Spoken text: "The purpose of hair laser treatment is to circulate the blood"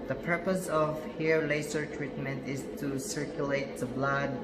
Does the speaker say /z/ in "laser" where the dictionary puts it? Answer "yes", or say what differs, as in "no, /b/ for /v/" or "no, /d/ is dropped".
no, /s/ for /z/